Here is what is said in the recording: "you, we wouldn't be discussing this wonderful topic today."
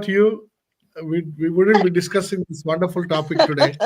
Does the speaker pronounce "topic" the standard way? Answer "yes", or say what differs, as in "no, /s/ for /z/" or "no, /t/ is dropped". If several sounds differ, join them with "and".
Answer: yes